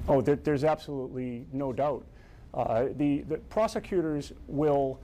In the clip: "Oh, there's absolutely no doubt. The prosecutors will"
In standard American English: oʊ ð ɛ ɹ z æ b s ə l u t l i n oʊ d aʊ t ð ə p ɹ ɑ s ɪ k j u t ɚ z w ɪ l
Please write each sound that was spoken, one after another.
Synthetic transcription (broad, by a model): oʊ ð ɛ ɹ z æ b s ə l u t l i n oʊ d aʊ t ð ə p ɹ ɑ s ɪ k j u t ɚ z w ɪ l